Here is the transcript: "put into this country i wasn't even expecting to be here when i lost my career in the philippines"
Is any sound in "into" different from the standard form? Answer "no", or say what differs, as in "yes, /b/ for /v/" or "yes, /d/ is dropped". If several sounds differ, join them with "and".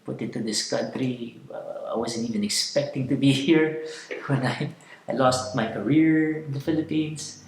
yes, /n/ is dropped